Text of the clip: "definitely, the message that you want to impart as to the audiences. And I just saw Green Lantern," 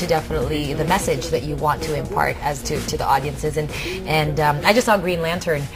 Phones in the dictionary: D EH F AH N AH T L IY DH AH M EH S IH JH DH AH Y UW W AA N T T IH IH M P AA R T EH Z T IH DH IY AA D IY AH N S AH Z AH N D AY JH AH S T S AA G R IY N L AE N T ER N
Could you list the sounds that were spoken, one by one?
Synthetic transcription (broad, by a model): D EH F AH N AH T L IY DH AH M EH S IH JH DH AH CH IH W AA N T T IH IH M P AA R T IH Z T IH DH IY AA D IY AH N S AH Z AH N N AY JH AH S T S AA G R IY N L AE N T ER N